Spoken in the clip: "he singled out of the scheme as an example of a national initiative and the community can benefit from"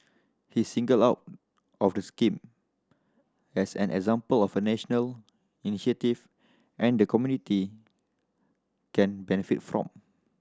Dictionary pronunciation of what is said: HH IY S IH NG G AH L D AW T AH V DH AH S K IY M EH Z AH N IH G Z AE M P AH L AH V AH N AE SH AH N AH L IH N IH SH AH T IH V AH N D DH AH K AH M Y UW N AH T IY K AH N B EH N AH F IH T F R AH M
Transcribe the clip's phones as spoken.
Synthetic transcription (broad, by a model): HH IY S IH NG G AH L AW T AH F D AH S K IY M EH S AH N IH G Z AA M P AH L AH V AH N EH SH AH N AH L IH N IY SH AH T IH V AH N D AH K AH M Y UW N AH T IY K AH N B EH N AH F IH T F R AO M